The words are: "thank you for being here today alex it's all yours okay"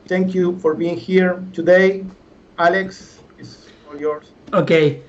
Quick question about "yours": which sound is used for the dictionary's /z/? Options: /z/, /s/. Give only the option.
/s/